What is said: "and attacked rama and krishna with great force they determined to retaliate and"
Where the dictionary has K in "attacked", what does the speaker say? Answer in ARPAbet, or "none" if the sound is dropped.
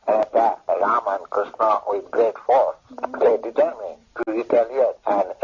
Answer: none